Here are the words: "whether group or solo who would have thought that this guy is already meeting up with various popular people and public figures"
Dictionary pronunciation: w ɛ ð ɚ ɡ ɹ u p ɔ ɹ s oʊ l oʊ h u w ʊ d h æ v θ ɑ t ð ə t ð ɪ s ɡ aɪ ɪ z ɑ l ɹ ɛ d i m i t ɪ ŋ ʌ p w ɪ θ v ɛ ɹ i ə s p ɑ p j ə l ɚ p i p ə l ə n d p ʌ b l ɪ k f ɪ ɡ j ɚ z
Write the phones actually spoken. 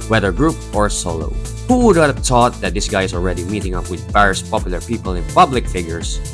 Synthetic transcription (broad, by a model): w ɛ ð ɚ ɡ ɹ u p ɔ ɹ s oʊ l oʊ h u w ʊ d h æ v t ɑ t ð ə t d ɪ s ɡ aɪ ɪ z ɑ l ɹ ɛ d i m i t ɪ ŋ ʌ p w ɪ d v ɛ ɹ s p ɑ p j ə l ɚ p i p ə l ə n p ʌ b l ɪ k f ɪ ɡ j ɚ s